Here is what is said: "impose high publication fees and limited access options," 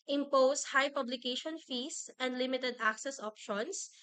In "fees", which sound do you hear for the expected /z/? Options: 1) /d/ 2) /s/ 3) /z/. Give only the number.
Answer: 2